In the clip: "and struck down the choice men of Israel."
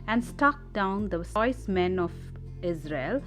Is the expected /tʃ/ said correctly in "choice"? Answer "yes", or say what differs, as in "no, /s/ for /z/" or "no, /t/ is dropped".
no, /s/ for /tʃ/